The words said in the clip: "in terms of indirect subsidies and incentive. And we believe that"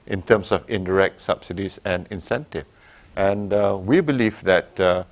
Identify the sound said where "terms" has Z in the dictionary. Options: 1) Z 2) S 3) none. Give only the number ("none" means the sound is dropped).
2